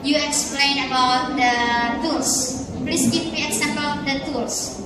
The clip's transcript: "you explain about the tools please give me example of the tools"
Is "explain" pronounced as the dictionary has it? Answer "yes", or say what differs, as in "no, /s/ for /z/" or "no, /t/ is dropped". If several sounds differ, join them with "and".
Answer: yes